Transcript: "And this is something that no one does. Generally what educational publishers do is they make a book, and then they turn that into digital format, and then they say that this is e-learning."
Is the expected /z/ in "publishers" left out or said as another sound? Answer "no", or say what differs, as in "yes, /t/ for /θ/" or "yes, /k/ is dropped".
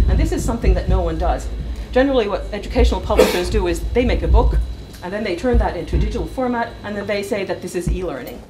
no